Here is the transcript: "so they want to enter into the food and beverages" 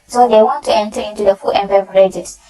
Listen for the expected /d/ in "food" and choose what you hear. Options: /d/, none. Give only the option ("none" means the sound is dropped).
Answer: none